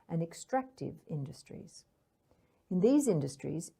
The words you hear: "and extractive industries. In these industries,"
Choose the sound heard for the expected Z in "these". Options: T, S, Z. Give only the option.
Z